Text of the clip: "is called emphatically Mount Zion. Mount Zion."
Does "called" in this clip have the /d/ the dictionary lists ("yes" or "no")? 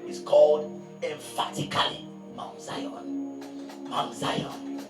yes